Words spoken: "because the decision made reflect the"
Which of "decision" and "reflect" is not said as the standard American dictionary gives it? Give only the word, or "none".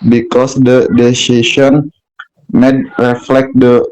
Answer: decision